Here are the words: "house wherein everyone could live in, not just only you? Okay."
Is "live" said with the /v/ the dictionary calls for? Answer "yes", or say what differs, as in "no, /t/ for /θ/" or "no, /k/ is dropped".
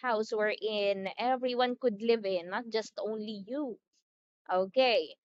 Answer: yes